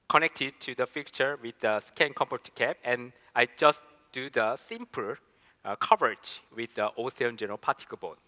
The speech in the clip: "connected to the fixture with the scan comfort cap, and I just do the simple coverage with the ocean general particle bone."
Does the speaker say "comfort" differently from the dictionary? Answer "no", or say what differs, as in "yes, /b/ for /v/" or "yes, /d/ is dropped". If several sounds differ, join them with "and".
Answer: yes, /p/ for /f/